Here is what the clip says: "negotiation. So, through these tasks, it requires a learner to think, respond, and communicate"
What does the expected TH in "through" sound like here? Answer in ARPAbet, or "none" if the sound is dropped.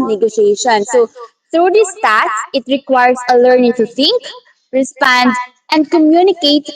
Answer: T